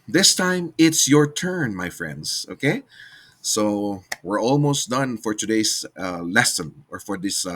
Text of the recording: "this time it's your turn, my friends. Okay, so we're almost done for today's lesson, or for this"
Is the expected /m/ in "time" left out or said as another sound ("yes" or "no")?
no